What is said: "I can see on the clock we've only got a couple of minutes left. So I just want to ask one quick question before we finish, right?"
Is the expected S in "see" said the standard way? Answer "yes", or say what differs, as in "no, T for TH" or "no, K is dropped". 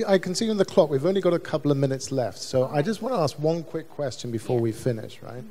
yes